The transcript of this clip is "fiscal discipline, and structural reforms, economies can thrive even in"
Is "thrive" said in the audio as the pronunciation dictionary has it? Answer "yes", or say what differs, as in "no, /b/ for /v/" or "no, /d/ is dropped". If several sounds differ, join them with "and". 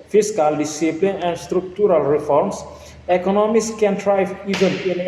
no, /t/ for /θ/